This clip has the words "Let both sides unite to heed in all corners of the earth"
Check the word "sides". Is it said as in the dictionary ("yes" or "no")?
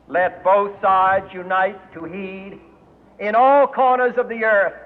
yes